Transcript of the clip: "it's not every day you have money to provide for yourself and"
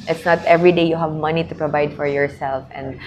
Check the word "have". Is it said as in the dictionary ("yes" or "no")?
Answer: yes